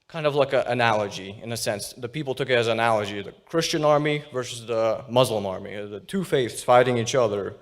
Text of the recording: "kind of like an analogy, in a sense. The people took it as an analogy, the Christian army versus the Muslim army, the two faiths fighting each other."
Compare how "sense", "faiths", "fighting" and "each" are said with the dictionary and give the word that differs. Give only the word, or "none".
none